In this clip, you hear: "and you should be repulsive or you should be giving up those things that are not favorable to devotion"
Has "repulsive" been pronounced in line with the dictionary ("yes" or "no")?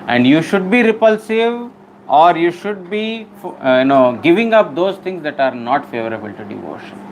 yes